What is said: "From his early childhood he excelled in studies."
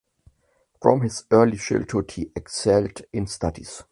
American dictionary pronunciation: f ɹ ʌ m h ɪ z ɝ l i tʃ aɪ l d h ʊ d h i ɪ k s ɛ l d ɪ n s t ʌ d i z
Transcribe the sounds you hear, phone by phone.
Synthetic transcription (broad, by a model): f ɹ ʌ m h ɪ z ɝ l i ʃ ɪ l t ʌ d h i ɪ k s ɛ l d ɪ n s t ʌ d i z